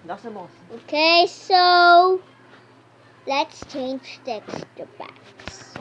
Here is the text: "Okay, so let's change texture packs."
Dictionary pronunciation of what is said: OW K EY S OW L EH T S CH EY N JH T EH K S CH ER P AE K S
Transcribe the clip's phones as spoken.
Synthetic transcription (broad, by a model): OW K EY S OW L EH T S CH EY N JH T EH K S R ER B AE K S